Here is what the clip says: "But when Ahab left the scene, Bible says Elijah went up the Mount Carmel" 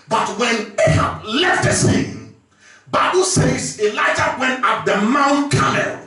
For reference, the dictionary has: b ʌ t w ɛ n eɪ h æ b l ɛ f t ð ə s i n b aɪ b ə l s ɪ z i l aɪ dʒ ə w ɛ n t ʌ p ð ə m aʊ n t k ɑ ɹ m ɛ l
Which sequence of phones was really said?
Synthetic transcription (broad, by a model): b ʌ t w ɛ n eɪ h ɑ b l ɛ f t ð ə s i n b aɪ b ə l s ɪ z i l aɪ dʒ ə w ɛ n t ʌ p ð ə m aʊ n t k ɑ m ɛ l